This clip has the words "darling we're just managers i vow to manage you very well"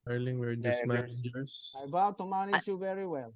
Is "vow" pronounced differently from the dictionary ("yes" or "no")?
yes